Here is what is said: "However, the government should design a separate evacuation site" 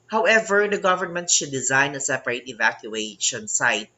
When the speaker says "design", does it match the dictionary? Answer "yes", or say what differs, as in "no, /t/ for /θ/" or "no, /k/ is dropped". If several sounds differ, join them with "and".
yes